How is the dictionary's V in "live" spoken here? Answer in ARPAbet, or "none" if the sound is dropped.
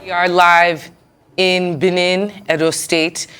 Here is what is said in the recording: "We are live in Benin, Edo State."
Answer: V